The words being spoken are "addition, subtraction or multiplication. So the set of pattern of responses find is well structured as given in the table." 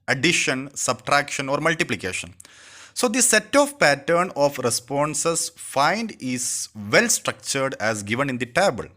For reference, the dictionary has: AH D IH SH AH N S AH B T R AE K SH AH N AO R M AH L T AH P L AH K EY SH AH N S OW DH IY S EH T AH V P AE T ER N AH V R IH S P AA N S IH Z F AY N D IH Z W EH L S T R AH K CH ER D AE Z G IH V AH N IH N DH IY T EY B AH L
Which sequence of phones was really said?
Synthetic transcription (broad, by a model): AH D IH SH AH N S AH B T R AE K SH AH N AO R M AH L T AH P L AH K EY SH AH N S OW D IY S EH T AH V P AE T ER N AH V R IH S P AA N S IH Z F AY N D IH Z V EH L S T R AH K CH ER D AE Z G IH V AH N IH N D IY T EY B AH L